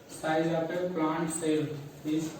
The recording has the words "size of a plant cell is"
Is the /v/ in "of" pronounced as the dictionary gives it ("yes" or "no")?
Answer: no